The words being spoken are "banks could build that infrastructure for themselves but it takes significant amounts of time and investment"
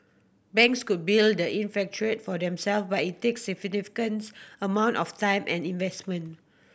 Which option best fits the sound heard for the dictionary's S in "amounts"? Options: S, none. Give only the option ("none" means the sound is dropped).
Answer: none